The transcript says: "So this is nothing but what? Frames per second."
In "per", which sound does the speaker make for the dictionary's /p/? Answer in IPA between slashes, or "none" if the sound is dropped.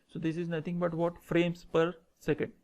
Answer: /p/